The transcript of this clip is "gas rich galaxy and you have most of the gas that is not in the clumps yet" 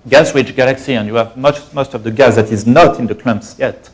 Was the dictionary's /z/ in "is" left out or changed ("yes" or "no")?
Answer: no